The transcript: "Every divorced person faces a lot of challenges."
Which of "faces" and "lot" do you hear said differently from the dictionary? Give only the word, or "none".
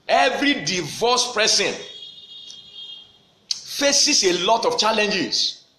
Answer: faces